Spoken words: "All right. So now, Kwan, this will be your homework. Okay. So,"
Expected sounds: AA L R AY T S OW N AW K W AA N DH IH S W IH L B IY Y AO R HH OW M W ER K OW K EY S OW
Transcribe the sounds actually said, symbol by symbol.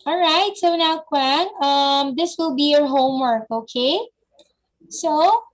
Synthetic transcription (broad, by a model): AA L R AY T S OW N AW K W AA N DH IH S W IH L B IY Y AO R HH OW M W ER K OW K EY S OW